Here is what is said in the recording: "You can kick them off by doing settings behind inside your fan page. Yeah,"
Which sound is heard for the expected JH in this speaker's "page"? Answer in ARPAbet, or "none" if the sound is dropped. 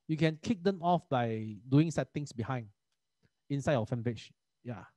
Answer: SH